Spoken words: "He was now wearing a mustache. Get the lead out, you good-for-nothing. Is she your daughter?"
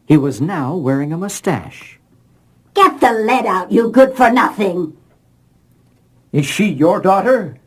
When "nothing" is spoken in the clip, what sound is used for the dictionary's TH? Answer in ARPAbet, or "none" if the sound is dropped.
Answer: TH